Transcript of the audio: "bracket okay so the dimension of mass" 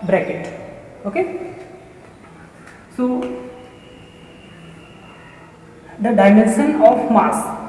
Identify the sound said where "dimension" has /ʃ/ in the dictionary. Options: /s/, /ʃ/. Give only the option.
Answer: /s/